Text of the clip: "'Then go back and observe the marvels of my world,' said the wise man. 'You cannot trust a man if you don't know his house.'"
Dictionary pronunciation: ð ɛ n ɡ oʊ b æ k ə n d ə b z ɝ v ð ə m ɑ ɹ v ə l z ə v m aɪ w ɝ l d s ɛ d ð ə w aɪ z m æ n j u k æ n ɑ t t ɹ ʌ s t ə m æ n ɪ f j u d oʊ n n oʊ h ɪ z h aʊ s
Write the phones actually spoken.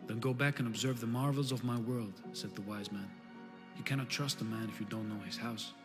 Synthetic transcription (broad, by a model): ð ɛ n ɡ oʊ b æ k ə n ə b z ɝ v ð ə m ɑ ɹ v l z ə v m aɪ w ɝ l d s ɛ d ð ə w aɪ z m æ n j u k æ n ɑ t t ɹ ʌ s t ə m æ n ɪ f j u d oʊ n n oʊ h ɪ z h aʊ s